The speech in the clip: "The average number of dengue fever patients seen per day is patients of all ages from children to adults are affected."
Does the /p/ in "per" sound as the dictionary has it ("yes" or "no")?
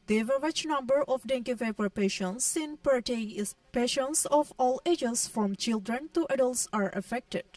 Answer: yes